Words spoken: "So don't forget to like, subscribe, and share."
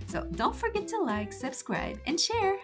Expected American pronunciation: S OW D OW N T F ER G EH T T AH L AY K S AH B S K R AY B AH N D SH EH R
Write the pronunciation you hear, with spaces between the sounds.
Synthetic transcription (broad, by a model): S OW D OW N T F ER G EH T T AH L AY K S AH B S K R AY B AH N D SH EH R